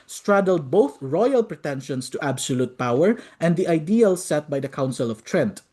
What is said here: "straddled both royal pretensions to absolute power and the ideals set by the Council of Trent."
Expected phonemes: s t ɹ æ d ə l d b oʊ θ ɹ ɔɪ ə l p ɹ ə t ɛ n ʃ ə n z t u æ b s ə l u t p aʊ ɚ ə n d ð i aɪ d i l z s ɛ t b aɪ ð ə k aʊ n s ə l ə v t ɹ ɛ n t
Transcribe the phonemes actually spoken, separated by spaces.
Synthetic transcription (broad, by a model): s t ɹ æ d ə l d b oʊ θ ɹ ɔɪ ə l p ɹ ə t ɛ n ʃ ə n s t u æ b s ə l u t p aʊ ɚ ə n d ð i aɪ d i l s ɛ t b aɪ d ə k aʊ n s ə l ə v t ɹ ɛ n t